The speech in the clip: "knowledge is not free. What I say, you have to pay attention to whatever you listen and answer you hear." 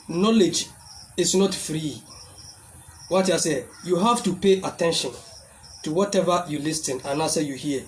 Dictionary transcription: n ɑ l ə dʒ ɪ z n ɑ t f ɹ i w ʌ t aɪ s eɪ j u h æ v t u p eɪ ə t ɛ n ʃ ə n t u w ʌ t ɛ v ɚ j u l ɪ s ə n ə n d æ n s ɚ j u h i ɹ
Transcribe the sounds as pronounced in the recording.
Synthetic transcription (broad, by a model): n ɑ l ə dʒ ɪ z n ɑ t f ɹ i w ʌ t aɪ s eɪ j u h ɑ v t u p eɪ ə t ɛ n ʃ ə n t u w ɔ t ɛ v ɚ j u l ɪ s ə n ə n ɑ s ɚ j u h i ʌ